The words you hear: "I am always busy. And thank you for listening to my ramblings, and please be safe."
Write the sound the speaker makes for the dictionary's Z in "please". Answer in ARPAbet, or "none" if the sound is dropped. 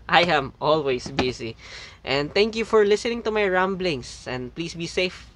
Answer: S